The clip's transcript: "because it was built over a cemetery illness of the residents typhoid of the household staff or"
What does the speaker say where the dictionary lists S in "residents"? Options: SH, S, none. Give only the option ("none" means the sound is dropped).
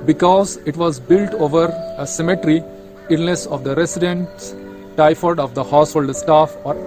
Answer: none